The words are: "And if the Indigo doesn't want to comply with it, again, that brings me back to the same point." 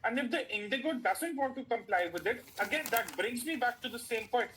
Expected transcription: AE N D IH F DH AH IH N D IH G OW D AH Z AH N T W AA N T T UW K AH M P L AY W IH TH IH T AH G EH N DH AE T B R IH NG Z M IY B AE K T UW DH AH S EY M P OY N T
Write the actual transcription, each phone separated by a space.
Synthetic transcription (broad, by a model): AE N D IH F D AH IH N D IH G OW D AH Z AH N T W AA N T T UW K AH M P L AY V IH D IH T AH G EH N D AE T B R IH NG Z M IY B AE K T UW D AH S EY M P OY N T